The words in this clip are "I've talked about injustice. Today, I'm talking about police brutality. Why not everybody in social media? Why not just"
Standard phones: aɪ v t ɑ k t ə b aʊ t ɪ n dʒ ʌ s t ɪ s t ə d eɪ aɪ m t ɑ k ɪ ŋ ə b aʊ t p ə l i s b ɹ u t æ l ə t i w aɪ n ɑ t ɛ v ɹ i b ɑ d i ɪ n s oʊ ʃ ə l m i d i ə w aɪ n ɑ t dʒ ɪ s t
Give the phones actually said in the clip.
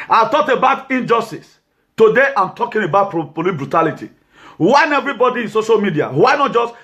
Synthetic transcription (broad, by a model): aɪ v t ɑ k t ə b aʊ t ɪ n dʒ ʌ s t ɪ s t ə d eɪ aɪ m t ɑ k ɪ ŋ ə b aʊ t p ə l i b ɹ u t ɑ l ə t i w aɪ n ɛ v ɹ i b ɑ d i ɪ n s oʊ ʃ ə l m i d i ə w aɪ n ɑ t dʒ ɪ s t